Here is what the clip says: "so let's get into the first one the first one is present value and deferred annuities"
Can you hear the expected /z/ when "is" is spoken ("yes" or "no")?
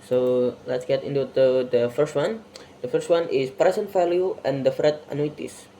no